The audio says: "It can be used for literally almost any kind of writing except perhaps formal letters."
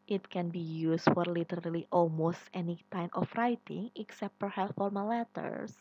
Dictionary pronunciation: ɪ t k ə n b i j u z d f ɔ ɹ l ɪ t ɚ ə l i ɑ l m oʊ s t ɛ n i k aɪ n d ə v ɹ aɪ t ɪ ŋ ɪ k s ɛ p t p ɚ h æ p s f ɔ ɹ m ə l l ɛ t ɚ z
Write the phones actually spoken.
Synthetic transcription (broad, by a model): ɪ t k ə n b i j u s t f ɔ ɹ l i t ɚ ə l i ɑ l m oʊ s t ɛ n i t aɪ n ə f ɹ aɪ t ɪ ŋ ɪ k s ɛ p t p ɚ h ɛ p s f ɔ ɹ m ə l l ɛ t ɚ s